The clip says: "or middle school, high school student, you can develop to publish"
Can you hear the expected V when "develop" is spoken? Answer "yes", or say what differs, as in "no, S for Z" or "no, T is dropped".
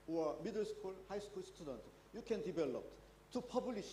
no, B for V